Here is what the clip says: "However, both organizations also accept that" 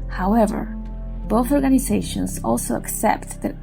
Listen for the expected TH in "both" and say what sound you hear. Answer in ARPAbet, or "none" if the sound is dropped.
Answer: TH